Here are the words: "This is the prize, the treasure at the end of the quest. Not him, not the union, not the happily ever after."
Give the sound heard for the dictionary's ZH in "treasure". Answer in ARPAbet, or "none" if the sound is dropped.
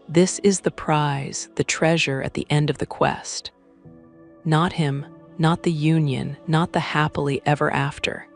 ZH